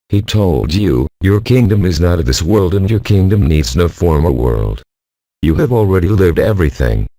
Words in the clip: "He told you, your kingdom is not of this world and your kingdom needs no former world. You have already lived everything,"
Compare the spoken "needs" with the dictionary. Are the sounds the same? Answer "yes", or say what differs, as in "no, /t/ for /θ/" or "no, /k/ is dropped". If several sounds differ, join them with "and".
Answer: yes